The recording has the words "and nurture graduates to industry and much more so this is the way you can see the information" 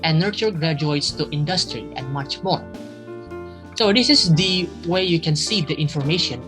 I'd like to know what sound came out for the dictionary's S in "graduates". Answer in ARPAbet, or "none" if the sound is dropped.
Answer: S